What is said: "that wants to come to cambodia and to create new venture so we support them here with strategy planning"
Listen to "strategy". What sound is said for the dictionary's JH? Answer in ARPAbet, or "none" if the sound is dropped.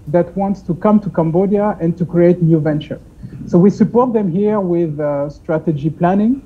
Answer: JH